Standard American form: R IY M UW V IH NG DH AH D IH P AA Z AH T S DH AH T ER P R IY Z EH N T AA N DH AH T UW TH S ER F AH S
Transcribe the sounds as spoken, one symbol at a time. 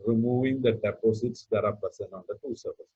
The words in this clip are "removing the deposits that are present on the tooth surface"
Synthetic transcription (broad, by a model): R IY M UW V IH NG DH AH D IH P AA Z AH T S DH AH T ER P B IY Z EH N AA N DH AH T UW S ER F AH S